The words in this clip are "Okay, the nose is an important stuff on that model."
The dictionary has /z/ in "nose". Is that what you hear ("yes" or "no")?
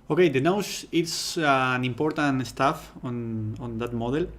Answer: no